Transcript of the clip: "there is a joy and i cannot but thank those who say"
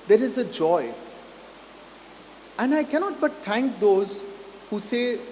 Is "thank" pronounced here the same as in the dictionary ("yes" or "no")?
no